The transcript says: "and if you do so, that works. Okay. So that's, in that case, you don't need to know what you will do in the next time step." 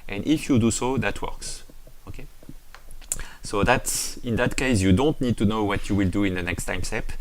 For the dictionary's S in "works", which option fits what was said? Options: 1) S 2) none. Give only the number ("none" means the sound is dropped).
1